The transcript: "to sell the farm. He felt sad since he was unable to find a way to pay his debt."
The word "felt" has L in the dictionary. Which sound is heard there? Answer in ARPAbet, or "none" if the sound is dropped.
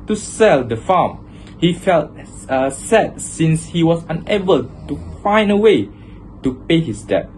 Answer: L